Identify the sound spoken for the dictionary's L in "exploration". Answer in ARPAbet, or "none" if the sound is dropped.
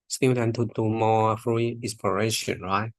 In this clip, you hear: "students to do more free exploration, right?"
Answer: none